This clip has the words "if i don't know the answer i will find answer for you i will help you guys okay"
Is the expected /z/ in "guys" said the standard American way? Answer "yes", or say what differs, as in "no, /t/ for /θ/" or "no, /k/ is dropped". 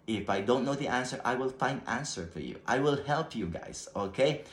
no, /s/ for /z/